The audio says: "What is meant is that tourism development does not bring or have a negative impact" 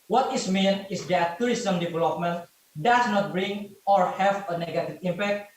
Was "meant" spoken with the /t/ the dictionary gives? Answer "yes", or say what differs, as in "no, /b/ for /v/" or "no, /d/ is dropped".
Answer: no, /t/ is dropped